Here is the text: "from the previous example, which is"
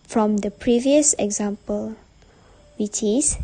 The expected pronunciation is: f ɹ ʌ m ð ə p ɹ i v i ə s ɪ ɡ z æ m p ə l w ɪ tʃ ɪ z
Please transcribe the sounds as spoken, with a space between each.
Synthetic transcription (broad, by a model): f ɹ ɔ m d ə p ɹ i v i ə s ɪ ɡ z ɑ m p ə l w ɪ tʃ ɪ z